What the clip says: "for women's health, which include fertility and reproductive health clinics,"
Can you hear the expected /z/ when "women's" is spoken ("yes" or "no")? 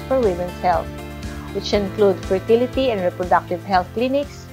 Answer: no